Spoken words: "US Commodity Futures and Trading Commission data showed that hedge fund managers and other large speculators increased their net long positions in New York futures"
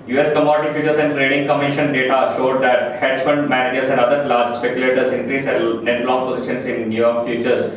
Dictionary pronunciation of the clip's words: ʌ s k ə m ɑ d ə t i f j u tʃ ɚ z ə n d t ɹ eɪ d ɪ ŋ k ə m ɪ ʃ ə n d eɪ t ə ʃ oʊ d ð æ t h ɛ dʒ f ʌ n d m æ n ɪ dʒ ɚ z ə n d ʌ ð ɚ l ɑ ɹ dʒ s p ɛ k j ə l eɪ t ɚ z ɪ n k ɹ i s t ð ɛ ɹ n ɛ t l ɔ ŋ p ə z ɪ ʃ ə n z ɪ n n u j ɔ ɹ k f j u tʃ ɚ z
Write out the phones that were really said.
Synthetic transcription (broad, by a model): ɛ s k ə m ɑ d ə t i f j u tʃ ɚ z ə n d t ɹ eɪ d ɪ ŋ k ə m ɪ ʃ ə n d eɪ t ə ʃ oʊ d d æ t h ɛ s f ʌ n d m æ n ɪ dʒ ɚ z ə n d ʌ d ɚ l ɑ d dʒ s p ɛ k j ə l eɪ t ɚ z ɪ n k ɹ i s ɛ n ɛ t l ɔ ŋ p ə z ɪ ʃ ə n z ɪ n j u j ɔ ɹ k f j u tʃ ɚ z